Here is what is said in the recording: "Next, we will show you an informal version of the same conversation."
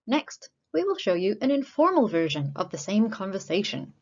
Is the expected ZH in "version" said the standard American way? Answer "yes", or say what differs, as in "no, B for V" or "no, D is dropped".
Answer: yes